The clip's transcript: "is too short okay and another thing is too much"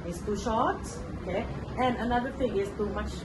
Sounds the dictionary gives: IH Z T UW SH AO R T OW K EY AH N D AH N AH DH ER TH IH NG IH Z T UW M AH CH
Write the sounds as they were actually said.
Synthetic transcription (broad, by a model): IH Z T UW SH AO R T OW K EY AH N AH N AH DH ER F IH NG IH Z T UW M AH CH